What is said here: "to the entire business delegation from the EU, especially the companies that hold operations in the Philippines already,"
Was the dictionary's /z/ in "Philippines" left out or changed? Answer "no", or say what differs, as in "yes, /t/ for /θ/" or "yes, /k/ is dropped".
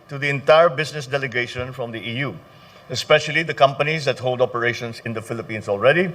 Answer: yes, /s/ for /z/